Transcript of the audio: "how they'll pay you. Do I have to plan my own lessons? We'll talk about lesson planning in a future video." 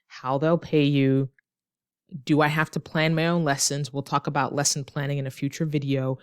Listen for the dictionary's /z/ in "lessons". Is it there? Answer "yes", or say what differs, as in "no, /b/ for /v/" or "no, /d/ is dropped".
yes